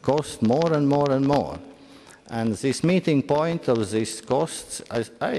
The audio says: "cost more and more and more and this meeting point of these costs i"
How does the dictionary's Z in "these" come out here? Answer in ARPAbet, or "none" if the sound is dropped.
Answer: S